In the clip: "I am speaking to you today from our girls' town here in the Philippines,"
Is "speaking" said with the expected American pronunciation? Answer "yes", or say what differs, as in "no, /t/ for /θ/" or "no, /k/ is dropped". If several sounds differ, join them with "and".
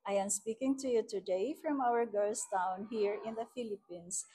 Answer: yes